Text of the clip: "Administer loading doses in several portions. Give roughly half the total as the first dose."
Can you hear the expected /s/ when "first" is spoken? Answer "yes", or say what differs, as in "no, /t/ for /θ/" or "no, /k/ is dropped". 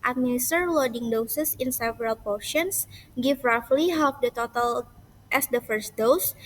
yes